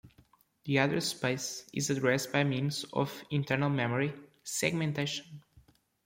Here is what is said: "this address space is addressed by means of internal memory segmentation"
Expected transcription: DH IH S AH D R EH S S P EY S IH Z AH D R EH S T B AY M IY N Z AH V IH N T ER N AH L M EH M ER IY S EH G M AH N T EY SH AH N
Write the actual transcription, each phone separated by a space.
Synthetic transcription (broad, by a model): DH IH AH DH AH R S P EY S IH Z AH D R EH S T B AY M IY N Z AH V IH N T ER N AH L M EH M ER IY S EH G M AH N T EY SH AH N